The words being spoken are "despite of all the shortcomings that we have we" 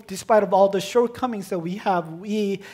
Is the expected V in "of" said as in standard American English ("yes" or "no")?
yes